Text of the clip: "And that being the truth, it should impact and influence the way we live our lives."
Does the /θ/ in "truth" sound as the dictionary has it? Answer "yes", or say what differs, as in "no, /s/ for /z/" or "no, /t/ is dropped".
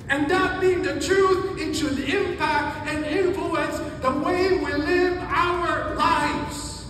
yes